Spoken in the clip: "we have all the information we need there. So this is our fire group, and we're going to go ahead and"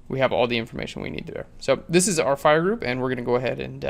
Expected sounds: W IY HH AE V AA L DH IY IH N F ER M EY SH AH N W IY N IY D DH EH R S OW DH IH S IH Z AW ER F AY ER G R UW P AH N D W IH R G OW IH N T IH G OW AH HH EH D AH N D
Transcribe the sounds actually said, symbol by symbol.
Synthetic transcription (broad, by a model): W IY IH V AA L DH IY IH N F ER M EY SH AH N W IY N IY D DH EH R S OW DH IH S IH Z AW ER F AY ER G R UW P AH N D W IH R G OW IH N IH G OW AH HH EH D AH N